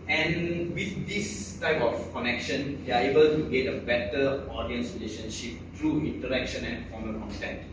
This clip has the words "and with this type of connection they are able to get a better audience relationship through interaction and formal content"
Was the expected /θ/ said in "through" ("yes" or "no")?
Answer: no